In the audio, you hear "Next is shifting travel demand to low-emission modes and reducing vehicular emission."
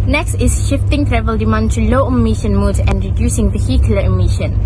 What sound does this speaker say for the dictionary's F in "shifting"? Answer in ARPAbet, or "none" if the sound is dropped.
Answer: F